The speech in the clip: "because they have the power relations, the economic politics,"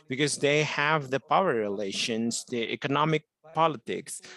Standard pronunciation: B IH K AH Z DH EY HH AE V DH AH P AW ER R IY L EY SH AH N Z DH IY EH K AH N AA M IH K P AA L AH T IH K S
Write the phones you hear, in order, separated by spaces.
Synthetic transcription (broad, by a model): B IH K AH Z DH EY HH AE V DH AH P AW ER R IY L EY SH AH N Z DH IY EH K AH N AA M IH K P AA L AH T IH K S